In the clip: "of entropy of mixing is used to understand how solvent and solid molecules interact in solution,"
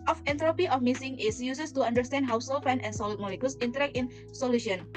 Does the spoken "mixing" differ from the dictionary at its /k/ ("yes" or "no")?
yes